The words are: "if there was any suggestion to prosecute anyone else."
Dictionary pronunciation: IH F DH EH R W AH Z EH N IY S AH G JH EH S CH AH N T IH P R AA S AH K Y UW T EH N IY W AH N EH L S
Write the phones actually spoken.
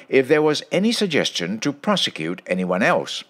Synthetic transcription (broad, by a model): IH F DH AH R W AH Z EH N IY S AH G JH EH S CH AH N T IH P R AA S AH K Y UW T EH N IY W AH N EH L S